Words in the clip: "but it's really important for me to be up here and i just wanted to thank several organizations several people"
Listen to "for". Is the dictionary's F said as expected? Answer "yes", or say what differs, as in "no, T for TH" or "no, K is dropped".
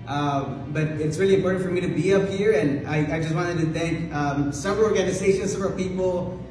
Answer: yes